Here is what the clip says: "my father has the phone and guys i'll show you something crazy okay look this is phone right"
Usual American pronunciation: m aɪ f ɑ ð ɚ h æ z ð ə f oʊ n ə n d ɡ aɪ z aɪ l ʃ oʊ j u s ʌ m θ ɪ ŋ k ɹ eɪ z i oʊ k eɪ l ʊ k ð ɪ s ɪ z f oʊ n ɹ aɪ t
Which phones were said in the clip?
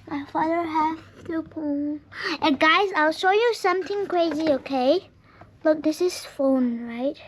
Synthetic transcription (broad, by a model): m aɪ f ɑ ð ɚ h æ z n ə p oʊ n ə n ɡ aɪ z aɪ l ʃ oʊ j u s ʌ m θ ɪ ŋ k ɹ eɪ z i oʊ k eɪ l ʊ k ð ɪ s ɪ z f oʊ n ɹ aɪ t